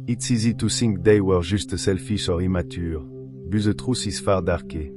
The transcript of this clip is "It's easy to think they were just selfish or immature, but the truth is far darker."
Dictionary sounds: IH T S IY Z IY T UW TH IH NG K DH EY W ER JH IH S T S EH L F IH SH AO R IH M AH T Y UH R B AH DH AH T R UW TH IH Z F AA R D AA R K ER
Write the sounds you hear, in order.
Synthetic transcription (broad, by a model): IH T S IY Z IY T UW S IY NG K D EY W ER ZH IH S T S EH L F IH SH AO R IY M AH T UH R B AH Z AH T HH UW S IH S F AA R D AA R K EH